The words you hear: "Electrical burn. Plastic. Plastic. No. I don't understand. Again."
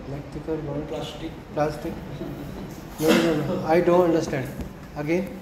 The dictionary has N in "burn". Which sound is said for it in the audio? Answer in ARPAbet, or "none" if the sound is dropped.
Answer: L